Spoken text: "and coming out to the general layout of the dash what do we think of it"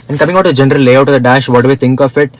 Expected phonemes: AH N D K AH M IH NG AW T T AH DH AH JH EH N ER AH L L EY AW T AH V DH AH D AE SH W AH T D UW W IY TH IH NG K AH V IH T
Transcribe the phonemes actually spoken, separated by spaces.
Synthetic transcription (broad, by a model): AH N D K AH M IH NG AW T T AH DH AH JH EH N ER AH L L EY AW T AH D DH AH D AE SH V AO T D UW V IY T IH NG K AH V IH T